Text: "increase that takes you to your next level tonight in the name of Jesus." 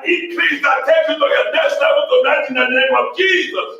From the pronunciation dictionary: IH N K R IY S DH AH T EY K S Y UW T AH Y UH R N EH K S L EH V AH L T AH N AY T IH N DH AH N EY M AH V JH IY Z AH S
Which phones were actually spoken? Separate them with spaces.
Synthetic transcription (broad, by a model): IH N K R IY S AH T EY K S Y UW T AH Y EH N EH S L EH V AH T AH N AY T IH N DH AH N EY M AH V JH IY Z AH S